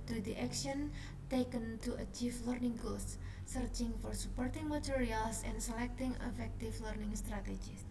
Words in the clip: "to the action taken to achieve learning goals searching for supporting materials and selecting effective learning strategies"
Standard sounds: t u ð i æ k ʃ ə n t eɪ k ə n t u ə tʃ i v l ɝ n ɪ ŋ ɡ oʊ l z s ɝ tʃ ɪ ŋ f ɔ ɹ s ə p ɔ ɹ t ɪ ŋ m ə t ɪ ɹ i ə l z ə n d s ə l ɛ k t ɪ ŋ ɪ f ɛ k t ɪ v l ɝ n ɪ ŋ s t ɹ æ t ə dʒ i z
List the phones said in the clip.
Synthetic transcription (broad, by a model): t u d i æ k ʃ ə n t eɪ k ə n t u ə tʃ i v l ɝ n ɪ ŋ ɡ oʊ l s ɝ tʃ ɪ ŋ f ɔ ɹ s ə p ɔ ɹ t ɪ ŋ m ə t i ɹ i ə l s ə n s ə l ɛ k t ɪ ŋ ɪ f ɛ k t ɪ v l ɝ n ɪ ŋ s t ɹ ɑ t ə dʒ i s